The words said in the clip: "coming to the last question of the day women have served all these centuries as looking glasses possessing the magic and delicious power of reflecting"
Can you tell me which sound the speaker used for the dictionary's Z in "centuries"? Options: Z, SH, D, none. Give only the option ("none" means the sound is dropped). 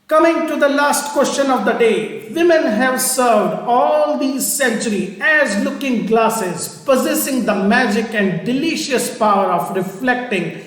none